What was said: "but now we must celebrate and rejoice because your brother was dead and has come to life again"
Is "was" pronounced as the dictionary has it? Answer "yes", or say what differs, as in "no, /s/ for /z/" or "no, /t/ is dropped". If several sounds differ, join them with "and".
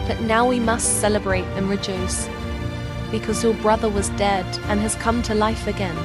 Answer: yes